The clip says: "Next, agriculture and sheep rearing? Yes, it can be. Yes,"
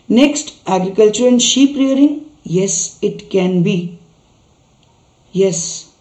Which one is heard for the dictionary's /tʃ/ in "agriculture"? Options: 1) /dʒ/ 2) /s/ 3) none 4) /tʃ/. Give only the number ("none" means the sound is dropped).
4